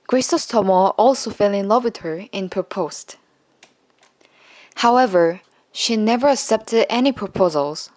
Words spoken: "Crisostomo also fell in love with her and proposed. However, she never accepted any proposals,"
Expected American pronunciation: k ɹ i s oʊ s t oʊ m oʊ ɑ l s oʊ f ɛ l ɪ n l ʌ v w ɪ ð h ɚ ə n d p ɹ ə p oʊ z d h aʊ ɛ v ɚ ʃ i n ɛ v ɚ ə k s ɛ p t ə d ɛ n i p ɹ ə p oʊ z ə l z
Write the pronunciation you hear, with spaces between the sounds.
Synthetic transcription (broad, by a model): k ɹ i s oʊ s t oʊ m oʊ ɑ l s oʊ f ɛ l ɪ n l ʌ v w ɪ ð h ɚ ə n p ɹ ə p oʊ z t h aʊ ɛ v ɚ ʃ i n ɛ v ɚ ə k s ɛ p t ə d ɛ n i p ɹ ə p oʊ z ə l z